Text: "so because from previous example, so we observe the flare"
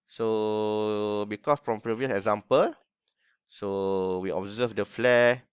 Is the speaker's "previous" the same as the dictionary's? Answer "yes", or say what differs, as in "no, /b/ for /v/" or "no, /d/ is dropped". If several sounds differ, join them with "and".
yes